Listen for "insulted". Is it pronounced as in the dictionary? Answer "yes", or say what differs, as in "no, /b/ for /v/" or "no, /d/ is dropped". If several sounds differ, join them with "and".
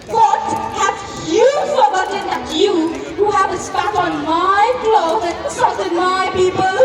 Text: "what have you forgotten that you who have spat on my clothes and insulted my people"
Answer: no, /l/ is dropped